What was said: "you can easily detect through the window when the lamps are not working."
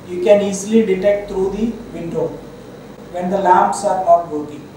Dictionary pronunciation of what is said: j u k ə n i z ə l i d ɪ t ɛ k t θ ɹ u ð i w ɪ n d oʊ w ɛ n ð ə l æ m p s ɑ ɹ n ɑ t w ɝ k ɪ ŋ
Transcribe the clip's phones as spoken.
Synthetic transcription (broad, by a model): j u k ə n i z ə l i d ɪ t ɛ k t t ɹ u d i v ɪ n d oʊ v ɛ n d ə l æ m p s ɑ ɹ n ɑ t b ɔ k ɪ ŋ